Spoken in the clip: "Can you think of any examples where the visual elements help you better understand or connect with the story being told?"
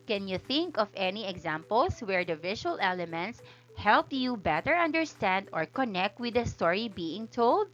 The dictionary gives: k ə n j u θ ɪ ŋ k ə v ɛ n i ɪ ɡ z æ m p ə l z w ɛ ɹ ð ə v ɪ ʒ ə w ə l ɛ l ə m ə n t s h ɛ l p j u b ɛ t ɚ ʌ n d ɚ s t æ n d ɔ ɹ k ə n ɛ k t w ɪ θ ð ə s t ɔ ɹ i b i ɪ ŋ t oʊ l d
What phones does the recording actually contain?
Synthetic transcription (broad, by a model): k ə n j u θ ɪ ŋ k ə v ɛ n i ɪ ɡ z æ m p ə l s w ɛ ɹ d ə v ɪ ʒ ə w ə l ɛ l ə m ə n t s h ɛ l p j u b ɛ t ɚ ʌ n d ɚ s t æ n d ɔ ɹ k ə n ɛ k t w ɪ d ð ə s t ɔ ɹ i b i ɪ ŋ t oʊ l d